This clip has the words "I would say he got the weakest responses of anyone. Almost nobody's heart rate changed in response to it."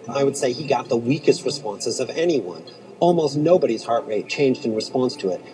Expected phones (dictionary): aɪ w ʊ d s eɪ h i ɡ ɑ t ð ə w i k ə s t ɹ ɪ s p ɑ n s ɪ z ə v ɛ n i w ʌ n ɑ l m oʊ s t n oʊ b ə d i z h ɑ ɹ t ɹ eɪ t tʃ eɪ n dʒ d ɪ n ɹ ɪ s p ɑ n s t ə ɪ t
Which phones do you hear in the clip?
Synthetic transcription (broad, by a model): aɪ w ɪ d s eɪ i ɡ ɑ t ð ə w i k ə s t ɹ ɪ s p ɑ n s ɪ z ə v ɛ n i w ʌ n ɑ l m oʊ s t n oʊ b ə d i z h ɑ ɹ t ɹ eɪ t tʃ eɪ n dʒ d ɪ n ɹ ɪ s p ɑ n s t ə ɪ t